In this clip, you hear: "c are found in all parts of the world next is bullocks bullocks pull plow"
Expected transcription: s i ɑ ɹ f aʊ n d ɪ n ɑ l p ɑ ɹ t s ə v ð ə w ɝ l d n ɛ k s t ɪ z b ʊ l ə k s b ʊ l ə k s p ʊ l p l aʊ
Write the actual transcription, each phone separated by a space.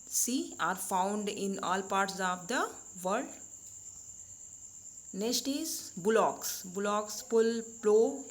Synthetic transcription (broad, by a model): s i ɑ ɹ f aʊ n d ɪ n ɑ l p ɑ ɹ t s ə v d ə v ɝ d n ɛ s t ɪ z b ʊ l ə k s b ʊ l ə k s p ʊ l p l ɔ